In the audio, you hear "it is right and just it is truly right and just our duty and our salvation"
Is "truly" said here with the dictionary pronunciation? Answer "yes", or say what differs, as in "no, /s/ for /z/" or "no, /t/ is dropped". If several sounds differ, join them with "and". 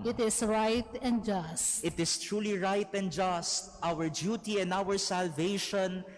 yes